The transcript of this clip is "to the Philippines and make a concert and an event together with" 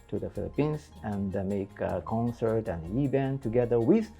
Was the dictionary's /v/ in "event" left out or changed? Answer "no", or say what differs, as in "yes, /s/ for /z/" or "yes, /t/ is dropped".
yes, /b/ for /v/